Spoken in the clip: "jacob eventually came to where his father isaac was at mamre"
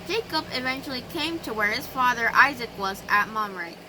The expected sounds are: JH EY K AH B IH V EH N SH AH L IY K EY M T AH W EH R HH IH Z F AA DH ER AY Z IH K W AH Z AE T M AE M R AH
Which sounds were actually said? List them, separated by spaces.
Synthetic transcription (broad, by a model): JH EY K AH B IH V EH N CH L IY K EY M T AH W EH R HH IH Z F AA DH ER AY Z IH K W AH Z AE T M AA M R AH